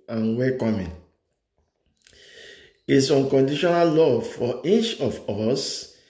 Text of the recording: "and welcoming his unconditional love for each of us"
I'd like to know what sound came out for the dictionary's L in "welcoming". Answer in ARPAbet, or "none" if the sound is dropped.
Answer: none